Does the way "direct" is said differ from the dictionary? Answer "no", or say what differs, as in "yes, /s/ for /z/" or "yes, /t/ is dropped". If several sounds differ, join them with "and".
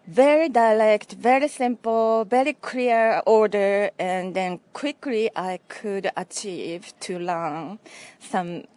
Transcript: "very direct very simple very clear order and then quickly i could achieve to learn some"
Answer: yes, /l/ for /ɹ/